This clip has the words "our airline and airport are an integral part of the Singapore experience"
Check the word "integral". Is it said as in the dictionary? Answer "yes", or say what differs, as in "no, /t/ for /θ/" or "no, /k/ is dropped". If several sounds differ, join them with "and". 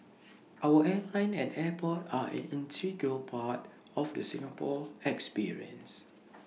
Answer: no, /ɹ/ is dropped